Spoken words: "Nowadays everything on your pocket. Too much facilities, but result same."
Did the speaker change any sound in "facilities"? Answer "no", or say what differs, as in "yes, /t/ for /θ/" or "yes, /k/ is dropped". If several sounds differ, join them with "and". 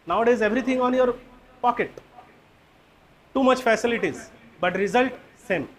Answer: no